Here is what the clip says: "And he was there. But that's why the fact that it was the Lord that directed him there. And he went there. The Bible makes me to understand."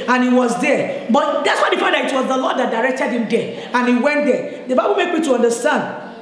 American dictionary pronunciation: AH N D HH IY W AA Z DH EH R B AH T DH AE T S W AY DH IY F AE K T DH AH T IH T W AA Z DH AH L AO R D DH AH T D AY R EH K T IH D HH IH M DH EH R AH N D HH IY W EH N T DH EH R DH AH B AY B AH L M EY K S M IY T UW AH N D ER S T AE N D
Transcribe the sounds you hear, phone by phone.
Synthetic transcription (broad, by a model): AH N HH IY W AA Z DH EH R B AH T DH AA T S W AY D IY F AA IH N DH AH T IH T W AA Z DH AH L AO D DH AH T D AY R EH K T IH D HH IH M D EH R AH N HH IY W EH N T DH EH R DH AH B AY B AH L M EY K M IY T UW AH N D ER S T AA N D